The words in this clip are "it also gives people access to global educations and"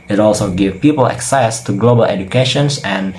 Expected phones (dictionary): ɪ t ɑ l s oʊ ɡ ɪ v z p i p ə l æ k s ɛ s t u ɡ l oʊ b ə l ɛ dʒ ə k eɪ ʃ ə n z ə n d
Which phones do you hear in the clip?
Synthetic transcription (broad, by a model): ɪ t ɑ l s oʊ ɡ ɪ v p i p ə l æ k s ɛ s t u ɡ l oʊ b ə l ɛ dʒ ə k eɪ ʃ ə n s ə n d